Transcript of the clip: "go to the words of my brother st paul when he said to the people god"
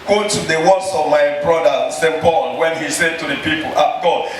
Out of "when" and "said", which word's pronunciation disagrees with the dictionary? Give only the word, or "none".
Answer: none